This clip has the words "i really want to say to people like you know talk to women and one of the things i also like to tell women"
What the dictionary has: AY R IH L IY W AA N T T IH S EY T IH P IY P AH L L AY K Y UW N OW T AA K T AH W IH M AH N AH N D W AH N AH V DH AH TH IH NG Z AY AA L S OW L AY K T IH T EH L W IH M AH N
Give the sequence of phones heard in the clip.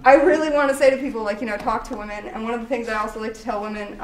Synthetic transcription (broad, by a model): AY R IH L IY W AA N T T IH S EY T IH P IY P L L AY K Y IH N OW T AA K T AH W IH M AH N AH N W AH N AH V DH AH TH IH NG Z AY AA L S OW L AY K T IH T EH L W IH M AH N